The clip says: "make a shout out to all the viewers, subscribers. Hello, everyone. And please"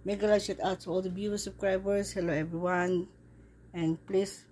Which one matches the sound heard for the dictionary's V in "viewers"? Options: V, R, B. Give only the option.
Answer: B